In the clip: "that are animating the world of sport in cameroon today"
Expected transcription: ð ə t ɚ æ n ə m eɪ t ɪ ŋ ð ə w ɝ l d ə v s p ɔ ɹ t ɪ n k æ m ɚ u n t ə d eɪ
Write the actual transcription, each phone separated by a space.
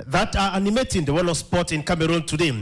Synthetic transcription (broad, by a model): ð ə t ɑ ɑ n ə m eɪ t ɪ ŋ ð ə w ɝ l ə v s p ɔ t ɪ n k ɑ m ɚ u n t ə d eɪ